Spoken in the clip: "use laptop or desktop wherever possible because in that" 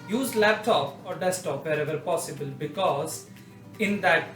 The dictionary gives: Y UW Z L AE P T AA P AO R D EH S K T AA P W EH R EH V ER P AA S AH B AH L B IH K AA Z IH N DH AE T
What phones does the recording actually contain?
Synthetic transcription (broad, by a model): Y UW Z L AE P T AA P AO R D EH S T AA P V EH R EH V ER P AA S AH B AH L B IH K AA Z IH N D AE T